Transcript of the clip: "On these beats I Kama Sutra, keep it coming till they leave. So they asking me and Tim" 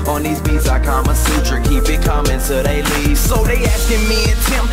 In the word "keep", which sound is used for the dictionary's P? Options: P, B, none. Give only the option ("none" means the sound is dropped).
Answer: B